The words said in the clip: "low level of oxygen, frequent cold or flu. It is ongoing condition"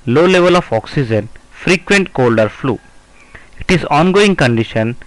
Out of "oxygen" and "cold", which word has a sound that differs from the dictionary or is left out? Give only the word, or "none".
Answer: none